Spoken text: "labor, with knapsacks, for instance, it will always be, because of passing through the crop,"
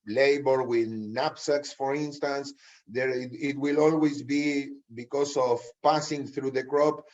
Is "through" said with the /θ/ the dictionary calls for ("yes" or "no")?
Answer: yes